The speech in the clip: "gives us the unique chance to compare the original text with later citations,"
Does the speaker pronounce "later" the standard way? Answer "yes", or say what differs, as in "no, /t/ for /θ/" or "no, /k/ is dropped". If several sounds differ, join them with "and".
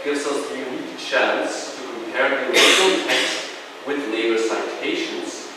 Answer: no, /n/ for /l/